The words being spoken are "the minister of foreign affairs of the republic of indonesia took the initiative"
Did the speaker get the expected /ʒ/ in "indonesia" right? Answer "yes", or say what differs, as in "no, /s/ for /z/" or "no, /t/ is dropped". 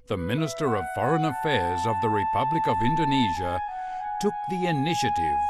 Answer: yes